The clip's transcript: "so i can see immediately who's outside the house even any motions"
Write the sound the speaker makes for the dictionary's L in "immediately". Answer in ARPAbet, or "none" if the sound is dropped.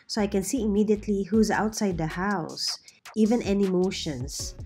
L